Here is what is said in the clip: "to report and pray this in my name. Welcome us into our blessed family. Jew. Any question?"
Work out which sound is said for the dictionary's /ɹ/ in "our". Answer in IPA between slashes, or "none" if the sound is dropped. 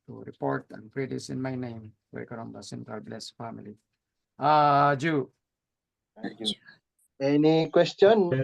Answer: /l/